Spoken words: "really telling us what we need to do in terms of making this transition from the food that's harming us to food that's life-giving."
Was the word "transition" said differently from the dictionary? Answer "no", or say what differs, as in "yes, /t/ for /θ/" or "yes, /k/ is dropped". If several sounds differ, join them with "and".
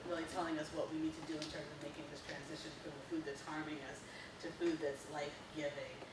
no